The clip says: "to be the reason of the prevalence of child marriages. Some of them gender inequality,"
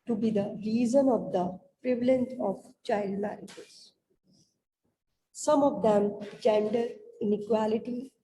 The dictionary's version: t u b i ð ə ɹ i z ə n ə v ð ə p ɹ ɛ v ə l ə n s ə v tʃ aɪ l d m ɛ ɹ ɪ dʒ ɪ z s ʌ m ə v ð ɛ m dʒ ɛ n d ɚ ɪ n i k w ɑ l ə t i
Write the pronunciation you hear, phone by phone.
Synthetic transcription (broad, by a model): t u b i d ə ɹ i z ə n ə v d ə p ɹ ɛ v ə l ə n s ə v tʃ aɪ l d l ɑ ɪ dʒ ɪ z s ʌ m ə v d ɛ m dʒ ɛ n d ɚ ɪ n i k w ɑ l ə t i